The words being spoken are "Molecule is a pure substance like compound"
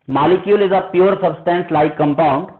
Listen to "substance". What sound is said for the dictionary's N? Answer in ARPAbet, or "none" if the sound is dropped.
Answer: N